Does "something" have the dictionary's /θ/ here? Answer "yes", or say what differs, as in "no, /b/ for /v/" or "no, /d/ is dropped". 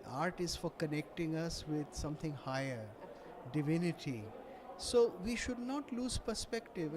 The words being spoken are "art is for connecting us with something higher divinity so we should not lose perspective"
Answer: no, /t/ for /θ/